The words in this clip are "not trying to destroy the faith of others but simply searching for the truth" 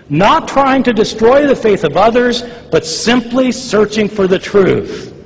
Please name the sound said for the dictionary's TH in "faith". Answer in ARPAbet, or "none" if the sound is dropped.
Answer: TH